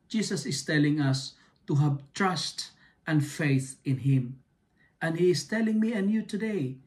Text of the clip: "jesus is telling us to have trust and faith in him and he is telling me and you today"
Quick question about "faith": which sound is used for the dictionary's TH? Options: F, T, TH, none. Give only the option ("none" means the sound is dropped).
TH